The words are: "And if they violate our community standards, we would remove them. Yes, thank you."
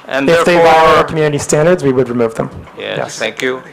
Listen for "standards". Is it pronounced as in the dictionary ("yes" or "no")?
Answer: yes